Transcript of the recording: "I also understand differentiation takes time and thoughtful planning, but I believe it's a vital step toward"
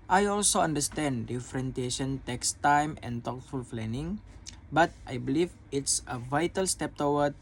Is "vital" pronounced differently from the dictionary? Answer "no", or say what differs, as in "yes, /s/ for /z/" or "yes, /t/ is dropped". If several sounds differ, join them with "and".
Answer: no